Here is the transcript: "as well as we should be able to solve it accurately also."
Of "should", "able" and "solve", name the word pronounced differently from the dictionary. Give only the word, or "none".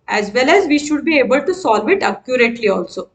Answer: none